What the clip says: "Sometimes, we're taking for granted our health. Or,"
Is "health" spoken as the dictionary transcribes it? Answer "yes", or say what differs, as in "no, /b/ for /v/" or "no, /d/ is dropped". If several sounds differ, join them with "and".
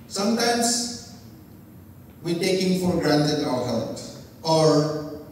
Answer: no, /t/ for /θ/